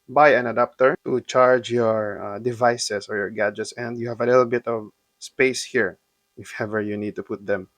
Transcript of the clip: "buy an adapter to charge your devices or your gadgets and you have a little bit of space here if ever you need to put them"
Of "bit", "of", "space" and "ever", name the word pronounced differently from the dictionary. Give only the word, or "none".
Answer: none